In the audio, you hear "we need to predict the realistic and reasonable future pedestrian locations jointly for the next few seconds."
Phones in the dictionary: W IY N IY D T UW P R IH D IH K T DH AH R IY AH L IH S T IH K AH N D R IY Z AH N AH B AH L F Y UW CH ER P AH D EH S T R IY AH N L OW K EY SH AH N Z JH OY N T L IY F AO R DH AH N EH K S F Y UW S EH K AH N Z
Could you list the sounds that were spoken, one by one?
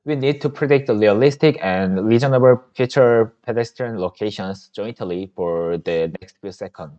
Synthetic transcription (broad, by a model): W IY N IY D T UW P R IH D IH K T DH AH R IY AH L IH S T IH K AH N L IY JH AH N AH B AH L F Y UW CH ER P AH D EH S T IY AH N L OW K EY SH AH N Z JH OY N T L IY F AO R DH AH N EH K S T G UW S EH K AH N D